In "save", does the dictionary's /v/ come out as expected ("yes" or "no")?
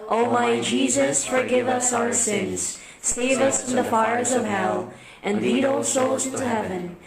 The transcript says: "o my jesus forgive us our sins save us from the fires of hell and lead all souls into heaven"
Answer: yes